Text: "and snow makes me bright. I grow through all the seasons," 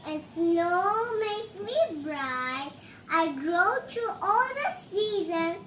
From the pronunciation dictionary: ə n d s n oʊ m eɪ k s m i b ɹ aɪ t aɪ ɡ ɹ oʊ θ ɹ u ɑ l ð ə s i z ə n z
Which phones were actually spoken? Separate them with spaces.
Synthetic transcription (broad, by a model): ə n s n oʊ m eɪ s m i b ɹ aɪ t aɪ ɡ ɹ oʊ t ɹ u ɑ l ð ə s i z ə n